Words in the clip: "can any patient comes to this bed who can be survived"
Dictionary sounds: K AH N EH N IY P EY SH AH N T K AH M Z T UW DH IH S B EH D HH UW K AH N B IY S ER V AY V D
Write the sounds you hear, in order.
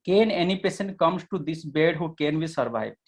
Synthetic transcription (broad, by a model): K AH N EH N IY P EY S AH N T K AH M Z T UW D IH S B EH D HH UW K AH N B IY S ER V AY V